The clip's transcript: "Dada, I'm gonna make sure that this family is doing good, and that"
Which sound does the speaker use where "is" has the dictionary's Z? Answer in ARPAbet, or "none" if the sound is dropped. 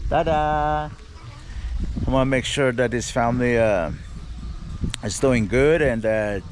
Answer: Z